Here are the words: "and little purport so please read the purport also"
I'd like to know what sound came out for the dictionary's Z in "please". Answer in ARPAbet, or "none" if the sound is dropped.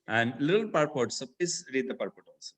S